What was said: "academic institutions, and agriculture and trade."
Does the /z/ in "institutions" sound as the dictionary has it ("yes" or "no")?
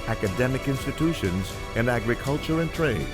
yes